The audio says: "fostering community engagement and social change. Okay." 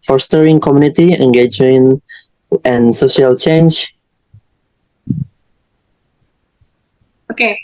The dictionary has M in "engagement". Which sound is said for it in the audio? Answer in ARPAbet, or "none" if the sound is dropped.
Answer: none